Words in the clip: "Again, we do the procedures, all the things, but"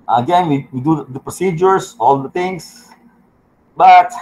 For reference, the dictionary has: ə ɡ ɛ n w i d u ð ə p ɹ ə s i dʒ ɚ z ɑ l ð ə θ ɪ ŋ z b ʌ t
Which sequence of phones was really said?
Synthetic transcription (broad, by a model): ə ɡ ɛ n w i d u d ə p ɹ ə s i dʒ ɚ s ɑ l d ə t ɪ ŋ s b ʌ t